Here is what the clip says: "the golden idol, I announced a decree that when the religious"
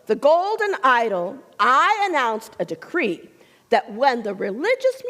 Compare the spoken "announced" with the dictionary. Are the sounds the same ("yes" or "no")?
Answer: yes